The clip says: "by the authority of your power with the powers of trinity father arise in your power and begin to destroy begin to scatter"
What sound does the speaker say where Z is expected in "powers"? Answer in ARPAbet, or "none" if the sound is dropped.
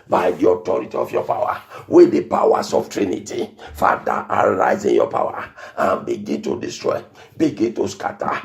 S